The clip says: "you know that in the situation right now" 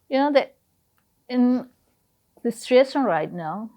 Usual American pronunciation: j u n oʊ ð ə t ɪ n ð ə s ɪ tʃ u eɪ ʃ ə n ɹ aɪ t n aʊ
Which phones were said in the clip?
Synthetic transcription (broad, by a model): j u n oʊ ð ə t ɪ n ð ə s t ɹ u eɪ s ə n ɹ aɪ t n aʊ